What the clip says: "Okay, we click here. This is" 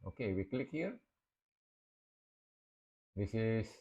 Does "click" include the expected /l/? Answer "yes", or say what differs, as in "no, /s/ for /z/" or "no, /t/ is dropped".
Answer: yes